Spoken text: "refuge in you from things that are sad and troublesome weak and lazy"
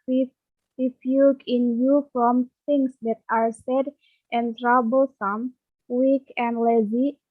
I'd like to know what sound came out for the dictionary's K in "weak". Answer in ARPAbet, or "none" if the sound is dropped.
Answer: K